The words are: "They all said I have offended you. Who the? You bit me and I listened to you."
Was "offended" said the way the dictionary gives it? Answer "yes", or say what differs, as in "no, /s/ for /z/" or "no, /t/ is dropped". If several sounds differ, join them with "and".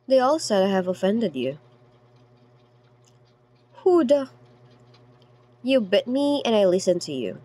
yes